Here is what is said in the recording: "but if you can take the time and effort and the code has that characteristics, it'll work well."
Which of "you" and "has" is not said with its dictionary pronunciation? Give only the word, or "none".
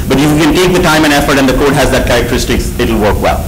none